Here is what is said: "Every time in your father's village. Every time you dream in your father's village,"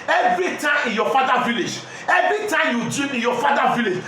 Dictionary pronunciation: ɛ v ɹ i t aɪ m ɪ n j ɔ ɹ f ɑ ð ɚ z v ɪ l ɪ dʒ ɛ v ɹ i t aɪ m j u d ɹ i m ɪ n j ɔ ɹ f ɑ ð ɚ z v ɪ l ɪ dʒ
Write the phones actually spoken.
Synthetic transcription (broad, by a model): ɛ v ɹ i t aɪ m ɪ n j ɔ f ɑ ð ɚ v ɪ l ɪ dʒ ɛ v ɹ i t aɪ m j u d i ɪ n j ɔ f ɑ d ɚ v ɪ l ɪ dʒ